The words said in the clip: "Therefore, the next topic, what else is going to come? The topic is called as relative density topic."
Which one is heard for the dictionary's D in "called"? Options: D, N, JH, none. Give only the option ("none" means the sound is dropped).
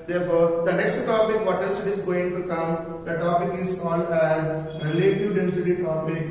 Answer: none